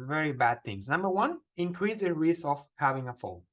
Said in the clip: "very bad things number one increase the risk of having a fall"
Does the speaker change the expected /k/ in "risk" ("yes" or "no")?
yes